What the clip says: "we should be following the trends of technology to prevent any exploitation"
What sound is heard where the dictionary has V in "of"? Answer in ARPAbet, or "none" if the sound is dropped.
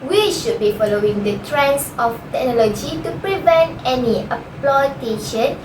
F